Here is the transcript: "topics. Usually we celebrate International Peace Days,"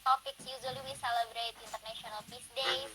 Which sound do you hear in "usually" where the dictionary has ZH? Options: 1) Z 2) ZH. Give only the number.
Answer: 1